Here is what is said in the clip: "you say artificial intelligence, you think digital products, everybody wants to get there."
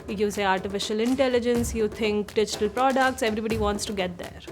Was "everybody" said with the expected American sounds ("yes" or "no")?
yes